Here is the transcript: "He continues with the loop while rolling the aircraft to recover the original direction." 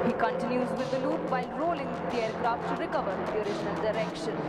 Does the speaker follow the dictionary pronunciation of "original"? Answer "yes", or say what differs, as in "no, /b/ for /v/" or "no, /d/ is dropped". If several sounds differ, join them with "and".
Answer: no, /ʃ/ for /dʒ/